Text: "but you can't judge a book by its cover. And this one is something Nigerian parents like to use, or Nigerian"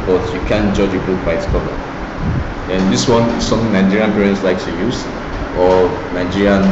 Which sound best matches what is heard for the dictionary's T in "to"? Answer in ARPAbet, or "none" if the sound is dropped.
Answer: S